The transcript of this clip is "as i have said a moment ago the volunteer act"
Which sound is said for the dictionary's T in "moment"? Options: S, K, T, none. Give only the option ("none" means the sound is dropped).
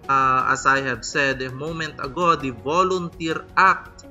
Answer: T